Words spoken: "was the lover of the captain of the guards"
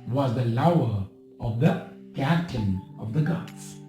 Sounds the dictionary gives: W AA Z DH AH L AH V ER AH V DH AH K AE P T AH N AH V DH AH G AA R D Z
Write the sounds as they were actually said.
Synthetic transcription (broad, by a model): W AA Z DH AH L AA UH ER AH V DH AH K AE T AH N AH V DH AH G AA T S